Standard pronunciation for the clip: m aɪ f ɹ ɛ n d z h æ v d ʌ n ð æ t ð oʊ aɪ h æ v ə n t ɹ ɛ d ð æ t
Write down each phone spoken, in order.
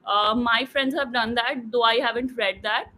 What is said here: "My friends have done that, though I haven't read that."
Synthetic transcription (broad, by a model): m aɪ f ɹ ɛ n d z h æ v d ʌ n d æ t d oʊ aɪ h æ v ə n t ɹ ɛ d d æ t